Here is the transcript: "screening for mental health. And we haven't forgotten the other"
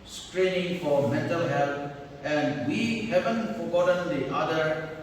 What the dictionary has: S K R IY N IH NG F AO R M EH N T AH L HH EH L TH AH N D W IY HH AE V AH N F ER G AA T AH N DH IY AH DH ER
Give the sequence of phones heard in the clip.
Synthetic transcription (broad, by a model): S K R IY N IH NG F AO R M EH N T AH L HH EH L T AH N D W IY HH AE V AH N F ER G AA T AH N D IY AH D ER